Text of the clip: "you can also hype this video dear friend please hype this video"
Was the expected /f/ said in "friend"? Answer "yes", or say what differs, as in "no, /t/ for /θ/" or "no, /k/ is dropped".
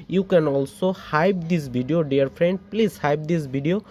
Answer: no, /p/ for /f/